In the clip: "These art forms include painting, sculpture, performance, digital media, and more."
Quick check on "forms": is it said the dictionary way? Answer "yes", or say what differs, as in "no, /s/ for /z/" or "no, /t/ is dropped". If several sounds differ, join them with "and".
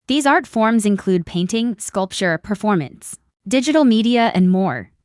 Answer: yes